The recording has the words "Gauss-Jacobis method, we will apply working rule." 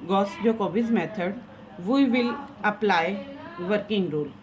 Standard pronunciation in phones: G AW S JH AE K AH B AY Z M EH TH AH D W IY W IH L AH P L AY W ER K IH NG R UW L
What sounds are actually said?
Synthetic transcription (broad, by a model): G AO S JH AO K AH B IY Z M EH T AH D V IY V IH L AH P L AY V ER K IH NG R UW L